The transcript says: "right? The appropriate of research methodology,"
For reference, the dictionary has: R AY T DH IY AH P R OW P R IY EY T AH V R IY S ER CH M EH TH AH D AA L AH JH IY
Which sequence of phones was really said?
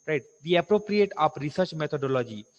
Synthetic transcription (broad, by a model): R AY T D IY AH P R OW P R IY EY T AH P R IY S ER CH M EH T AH D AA L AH JH IY